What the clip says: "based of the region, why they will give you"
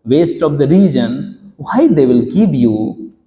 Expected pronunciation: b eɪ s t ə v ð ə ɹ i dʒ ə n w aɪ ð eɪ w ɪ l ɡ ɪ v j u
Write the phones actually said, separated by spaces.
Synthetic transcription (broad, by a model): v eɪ s t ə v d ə ɹ i dʒ ə n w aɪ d eɪ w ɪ l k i p j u